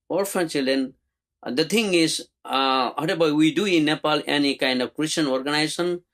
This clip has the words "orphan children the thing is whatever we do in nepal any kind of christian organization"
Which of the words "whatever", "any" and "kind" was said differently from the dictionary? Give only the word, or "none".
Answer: whatever